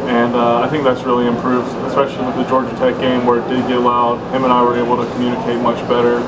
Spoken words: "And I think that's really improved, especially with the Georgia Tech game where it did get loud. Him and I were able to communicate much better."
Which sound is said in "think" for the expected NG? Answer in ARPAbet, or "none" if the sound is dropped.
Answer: NG